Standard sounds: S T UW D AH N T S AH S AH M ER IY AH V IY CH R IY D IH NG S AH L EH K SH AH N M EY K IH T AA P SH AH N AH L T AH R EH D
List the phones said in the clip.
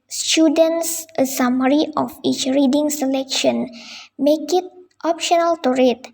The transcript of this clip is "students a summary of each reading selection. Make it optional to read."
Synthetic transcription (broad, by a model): S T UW D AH N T S AH S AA M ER IY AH F IY CH R IY D IH NG S AH L EH K SH AH N M EY K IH T AA P SH AH N AH L T AH R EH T